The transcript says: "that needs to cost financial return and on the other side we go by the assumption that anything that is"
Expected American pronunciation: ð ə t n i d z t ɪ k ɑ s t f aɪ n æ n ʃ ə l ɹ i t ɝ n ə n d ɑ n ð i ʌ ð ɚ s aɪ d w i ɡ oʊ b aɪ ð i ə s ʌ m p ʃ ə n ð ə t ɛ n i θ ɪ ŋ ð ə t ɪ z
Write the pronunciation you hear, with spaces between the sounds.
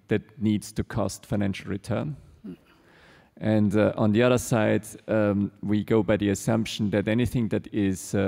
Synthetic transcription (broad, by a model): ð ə t n i d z t ɪ k ɑ s t f aɪ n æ n ʃ l ɹ i t ɝ n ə n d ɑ n ð i ʌ ð ɚ s aɪ d w i ɡ oʊ b aɪ ð i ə s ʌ m p ʃ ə n ð ə t ɛ n i θ ɪ ŋ ð ə t ɪ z